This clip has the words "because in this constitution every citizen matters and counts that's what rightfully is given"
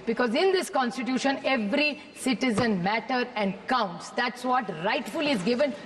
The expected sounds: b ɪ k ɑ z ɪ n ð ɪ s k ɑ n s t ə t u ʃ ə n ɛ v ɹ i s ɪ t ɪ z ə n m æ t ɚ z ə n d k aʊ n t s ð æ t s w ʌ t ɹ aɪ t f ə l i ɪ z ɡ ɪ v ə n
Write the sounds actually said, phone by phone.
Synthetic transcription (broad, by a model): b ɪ k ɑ z ɪ n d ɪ s k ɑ n s t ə t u ʃ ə n ɛ v ɹ i s ɪ t ɪ z ə n m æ t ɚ ə n d k aʊ n t s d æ t s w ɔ t ɹ aɪ t f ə l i ɪ z ɡ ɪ v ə n